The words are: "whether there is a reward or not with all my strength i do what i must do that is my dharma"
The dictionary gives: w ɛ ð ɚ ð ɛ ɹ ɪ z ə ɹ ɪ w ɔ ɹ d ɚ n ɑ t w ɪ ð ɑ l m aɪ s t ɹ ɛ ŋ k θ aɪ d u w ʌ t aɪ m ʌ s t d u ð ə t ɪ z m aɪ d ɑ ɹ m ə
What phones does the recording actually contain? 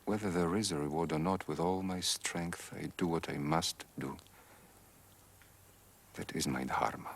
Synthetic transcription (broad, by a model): w ɛ ð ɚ ð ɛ ɹ ɪ z ə ɹ ɪ w ɔ ɹ d ɚ n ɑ t w ɪ ð ɑ l m aɪ s t ɹ ɛ ŋ k θ aɪ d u w ʌ t aɪ m ʌ s t d u ð ə t ɪ z m aɪ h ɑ ɹ m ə